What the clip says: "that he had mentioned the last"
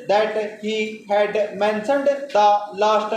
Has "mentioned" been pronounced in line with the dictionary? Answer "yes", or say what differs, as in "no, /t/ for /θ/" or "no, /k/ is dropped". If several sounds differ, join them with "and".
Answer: no, /s/ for /ʃ/